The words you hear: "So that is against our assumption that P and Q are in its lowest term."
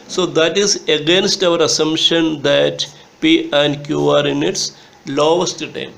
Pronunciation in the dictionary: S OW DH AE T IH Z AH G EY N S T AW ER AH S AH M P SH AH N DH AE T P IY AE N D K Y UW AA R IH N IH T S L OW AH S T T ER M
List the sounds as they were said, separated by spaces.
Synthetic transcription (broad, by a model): S OW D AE T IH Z AH G EY N S T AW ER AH S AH M SH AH N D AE T P IY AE N D K Y UW AA R IH N IH T S L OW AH S T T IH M